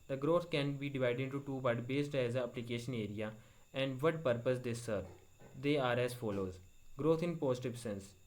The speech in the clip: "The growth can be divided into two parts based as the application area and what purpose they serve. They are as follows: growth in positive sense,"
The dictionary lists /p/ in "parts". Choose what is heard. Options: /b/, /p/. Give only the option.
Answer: /b/